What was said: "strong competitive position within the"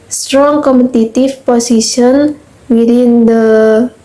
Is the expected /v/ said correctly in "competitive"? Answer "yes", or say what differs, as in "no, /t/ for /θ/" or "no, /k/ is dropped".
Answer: no, /f/ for /v/